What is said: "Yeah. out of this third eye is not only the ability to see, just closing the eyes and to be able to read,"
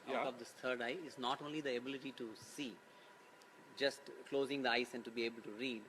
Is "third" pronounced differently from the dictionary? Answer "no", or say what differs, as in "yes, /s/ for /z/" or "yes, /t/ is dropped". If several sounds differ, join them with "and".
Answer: yes, /t/ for /θ/